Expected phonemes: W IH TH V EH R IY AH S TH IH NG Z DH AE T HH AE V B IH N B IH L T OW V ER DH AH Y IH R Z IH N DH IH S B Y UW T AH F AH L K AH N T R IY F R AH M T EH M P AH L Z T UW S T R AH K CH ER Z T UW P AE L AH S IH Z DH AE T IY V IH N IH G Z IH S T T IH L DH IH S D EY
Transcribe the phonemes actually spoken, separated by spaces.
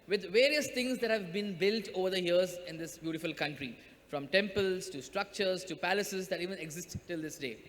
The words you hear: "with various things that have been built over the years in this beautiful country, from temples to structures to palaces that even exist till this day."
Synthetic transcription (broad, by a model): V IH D V EH R IY AH S T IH NG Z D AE T HH AE V B IH N B IH L T OW V ER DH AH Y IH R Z IH N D IH S B Y UW T AH F AH L K AH N T R IY F R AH M T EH M P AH L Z T UW S T R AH K CH ER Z T UW P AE L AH S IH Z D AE T IY V IH N IH G Z IH S T T IH L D IH S D EY